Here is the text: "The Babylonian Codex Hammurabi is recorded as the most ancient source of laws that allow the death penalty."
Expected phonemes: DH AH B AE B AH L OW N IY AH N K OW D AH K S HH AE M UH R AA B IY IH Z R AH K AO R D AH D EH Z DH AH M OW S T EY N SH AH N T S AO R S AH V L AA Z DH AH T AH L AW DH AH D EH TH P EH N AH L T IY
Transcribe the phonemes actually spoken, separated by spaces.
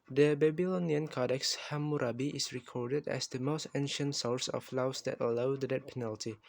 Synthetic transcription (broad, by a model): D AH B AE B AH L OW N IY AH N K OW D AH K S HH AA M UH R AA B IY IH S R AH K AO R D AH D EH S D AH M OW S T EY N SH AH N T S AO R S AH F L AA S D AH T AH L AW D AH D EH T P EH N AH L T IY